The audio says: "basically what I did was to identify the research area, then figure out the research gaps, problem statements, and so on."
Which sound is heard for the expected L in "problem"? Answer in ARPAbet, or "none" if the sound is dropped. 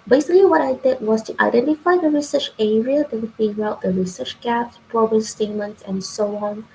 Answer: none